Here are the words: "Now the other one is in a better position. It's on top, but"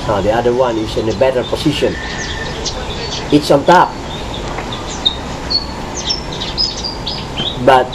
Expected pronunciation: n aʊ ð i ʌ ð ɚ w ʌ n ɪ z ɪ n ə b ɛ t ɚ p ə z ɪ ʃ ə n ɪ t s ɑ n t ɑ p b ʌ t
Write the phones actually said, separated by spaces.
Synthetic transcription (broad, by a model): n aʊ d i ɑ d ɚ w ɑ n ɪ s ɪ n ə b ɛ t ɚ p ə s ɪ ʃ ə n ɪ t s ɑ n t ɑ p b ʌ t